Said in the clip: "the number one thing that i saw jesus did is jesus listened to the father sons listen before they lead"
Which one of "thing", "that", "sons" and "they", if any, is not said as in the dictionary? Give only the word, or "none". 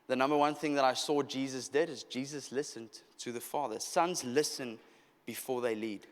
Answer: none